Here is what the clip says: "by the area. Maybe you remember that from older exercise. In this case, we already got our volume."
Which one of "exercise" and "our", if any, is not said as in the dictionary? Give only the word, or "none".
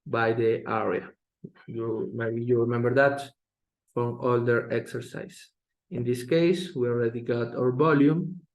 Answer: exercise